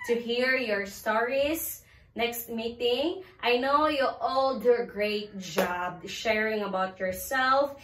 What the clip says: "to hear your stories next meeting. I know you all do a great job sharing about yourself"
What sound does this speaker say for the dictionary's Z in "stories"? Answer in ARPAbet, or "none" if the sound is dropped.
S